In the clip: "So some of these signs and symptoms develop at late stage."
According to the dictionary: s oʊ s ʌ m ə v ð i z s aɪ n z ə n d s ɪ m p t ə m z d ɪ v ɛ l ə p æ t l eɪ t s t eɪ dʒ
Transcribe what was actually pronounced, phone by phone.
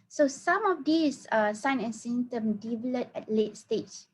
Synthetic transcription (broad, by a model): s oʊ s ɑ m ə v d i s s aɪ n ə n s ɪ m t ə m d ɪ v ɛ l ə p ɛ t l eɪ t s t eɪ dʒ